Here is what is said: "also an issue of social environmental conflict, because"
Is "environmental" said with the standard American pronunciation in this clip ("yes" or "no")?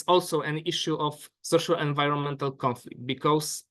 yes